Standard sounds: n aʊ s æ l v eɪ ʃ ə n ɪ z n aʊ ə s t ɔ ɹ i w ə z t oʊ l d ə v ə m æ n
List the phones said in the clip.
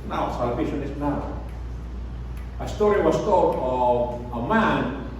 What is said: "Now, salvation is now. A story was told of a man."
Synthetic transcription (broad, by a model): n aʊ s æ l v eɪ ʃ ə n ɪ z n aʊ ə s t ɔ ɹ i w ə s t oʊ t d ə v ə m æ n